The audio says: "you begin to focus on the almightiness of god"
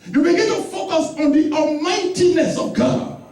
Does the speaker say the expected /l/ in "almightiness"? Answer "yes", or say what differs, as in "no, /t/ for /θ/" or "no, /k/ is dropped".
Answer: no, /l/ is dropped